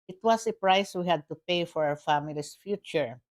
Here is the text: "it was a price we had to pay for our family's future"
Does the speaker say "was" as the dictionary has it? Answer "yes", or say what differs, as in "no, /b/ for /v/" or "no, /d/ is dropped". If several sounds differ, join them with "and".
no, /s/ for /z/